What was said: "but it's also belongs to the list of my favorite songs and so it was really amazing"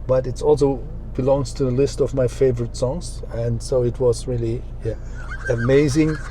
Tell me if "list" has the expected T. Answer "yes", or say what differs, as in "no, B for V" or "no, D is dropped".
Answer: yes